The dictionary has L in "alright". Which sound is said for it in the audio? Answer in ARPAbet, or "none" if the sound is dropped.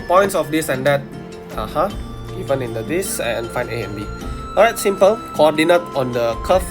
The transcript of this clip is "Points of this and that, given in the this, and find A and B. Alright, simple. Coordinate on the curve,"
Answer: none